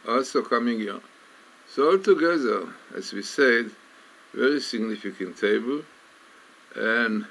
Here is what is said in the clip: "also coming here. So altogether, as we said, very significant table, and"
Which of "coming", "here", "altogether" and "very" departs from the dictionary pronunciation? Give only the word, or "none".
none